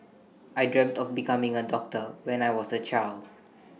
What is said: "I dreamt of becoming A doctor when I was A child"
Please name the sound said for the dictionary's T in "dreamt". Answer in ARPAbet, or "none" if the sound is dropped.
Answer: T